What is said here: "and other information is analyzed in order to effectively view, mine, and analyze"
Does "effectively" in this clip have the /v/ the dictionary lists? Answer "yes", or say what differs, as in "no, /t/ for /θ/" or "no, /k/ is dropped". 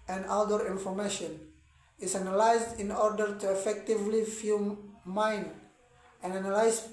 yes